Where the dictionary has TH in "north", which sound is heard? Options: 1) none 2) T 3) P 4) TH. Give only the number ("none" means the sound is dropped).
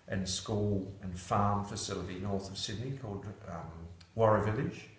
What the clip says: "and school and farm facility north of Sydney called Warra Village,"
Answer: 4